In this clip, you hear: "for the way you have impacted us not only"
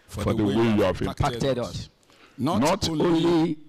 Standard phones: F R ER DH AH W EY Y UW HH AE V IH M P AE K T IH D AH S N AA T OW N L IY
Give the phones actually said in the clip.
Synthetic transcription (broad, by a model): F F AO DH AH W EY Y UW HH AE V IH P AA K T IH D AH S N AA T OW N L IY